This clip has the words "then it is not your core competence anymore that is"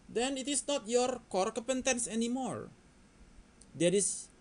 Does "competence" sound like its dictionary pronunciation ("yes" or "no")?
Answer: no